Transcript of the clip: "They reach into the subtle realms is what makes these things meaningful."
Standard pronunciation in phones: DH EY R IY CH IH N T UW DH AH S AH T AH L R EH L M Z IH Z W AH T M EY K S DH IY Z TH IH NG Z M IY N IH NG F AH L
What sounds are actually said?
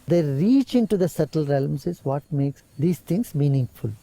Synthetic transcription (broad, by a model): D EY R IY CH IH N T UW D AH S AH T AH L R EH L M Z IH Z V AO T M EY K S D IY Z T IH NG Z M IY N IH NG F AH L